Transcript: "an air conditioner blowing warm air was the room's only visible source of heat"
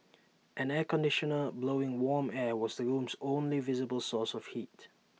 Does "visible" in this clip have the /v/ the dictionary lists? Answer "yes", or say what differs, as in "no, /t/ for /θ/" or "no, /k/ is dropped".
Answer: yes